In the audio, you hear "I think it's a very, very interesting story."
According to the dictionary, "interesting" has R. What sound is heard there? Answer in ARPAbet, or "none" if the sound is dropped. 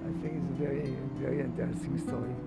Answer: none